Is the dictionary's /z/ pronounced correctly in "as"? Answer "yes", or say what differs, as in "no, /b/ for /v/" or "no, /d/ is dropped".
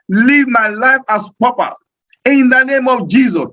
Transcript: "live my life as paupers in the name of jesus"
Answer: no, /s/ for /z/